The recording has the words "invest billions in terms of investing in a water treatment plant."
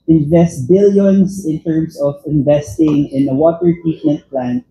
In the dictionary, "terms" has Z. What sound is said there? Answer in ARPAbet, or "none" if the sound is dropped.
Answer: S